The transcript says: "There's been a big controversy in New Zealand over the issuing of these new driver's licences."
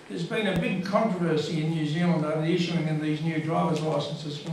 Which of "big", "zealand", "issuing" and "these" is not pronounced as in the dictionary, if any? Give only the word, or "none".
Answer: none